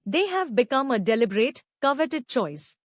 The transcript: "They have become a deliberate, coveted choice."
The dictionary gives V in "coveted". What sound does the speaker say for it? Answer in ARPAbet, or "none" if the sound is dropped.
V